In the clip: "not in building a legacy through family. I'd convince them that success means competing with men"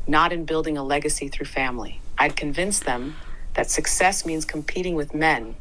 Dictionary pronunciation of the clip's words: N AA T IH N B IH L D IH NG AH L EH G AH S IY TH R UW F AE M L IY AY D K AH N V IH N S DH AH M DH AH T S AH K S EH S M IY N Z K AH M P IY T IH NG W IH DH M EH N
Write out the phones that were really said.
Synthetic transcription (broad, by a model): N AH T IH N B IH L D IH NG AH L EH G AH S IY TH R UW F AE M L IY AY D K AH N V IH N S DH AH M DH AH T S AH K S EH S M IY N Z K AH M P IY T IH NG W IH DH M EH N